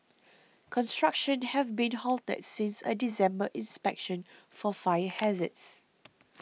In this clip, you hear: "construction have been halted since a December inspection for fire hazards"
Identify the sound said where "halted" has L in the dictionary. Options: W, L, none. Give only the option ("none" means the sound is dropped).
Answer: L